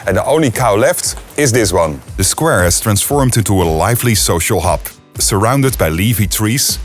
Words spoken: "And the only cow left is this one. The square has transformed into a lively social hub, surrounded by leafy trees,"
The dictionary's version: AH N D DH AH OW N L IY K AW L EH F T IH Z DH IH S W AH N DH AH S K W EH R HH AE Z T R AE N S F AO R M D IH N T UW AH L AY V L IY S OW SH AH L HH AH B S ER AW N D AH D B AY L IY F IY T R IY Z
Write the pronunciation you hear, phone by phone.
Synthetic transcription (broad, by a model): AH N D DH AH OW N L IY K AW L EH F T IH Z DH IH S W AH N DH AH S K W EH R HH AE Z T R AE N S F AO R M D IH N T UW AH L AY V L IY S OW SH AH L HH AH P S ER AW N D AH D B AY L IY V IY T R IY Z